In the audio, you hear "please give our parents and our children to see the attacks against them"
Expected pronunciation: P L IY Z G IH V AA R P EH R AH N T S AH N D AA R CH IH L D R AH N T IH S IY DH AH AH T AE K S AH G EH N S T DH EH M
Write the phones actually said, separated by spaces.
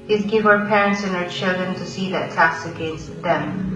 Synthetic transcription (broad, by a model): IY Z G IH V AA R P EH R AH N T S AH N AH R CH IH L D R AH N T IH S IY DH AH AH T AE S AH G EH N S T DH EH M